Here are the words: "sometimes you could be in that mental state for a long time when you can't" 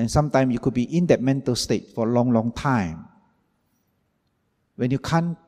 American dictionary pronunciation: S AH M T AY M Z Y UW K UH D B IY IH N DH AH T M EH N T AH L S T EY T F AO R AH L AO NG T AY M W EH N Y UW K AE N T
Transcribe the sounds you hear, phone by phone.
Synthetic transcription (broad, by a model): S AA M T AY M Y UW K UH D B IY IH N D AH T M EH N T AH L S T EY T F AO L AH L AO NG T AY M W EH N Y UW K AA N